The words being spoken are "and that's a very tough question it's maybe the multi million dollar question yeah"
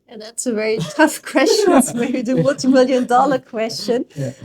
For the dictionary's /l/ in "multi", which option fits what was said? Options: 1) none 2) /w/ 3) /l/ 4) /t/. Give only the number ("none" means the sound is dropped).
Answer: 1